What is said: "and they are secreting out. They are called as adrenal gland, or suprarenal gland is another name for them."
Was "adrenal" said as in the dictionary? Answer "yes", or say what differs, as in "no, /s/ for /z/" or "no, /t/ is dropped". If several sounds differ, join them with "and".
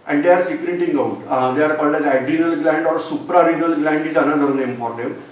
no, /ɹ/ is dropped